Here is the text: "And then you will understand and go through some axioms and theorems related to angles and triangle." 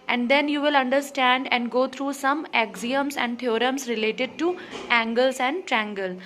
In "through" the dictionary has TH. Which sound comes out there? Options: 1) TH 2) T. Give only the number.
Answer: 2